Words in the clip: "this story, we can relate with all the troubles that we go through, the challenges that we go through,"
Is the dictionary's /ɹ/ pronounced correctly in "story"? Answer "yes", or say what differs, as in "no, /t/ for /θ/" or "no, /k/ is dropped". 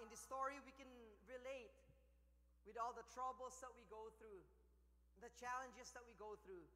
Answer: yes